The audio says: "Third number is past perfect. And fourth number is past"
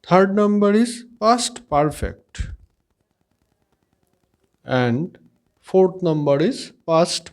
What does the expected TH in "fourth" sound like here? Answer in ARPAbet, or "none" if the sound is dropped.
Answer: T